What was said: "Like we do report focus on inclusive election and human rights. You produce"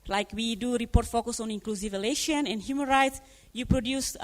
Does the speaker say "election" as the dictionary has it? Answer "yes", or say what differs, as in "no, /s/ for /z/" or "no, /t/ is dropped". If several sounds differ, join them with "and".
no, /k/ is dropped